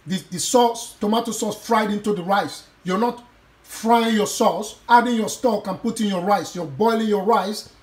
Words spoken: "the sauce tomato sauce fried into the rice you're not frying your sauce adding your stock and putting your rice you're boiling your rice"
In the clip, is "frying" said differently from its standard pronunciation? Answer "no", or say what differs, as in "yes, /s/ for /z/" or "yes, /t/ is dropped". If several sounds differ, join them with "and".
no